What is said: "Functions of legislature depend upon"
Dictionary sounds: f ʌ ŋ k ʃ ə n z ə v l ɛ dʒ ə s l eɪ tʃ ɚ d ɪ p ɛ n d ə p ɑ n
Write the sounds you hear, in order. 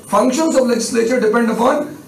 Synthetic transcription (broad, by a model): f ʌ ŋ k ʃ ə n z ə v l ɛ dʒ ə s l eɪ tʃ ɚ d ɪ p ɛ n d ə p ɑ n